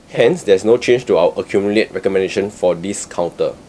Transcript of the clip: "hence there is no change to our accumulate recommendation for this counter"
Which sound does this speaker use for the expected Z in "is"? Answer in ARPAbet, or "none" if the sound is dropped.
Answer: S